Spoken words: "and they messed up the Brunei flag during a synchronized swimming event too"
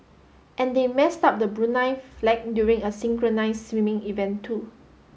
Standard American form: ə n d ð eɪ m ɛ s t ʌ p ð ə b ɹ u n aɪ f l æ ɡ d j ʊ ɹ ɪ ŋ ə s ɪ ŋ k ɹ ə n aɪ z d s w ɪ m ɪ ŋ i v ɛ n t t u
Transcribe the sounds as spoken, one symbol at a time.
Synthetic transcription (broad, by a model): ə n d eɪ m ɛ s t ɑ p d ə b ɹ u n aɪ f l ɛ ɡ d j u ɹ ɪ ŋ ə s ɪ ŋ k ɹ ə n aɪ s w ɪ m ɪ ŋ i v ɛ n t t u